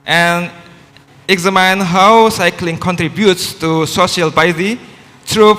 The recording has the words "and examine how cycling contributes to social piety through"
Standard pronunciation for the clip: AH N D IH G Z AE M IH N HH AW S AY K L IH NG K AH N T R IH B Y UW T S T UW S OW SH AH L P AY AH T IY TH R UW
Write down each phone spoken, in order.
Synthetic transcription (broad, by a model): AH N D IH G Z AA M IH N HH AW S AY K L IH NG K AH N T R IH B Y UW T S T UW S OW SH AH L B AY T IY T R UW